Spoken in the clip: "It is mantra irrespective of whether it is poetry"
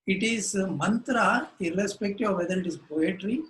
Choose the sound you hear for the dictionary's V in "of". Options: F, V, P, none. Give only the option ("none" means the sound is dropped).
V